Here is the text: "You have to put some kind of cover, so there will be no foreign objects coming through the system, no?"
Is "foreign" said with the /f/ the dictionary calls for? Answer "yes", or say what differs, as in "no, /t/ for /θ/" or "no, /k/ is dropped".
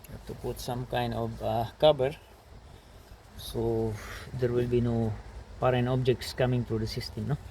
no, /p/ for /f/